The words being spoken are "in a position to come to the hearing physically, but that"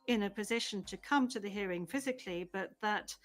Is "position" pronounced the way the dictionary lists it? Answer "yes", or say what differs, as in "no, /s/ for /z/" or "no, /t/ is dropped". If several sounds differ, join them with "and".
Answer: yes